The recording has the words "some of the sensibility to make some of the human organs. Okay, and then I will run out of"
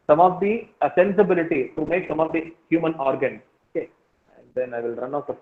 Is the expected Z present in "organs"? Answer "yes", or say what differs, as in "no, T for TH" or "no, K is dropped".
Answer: no, Z is dropped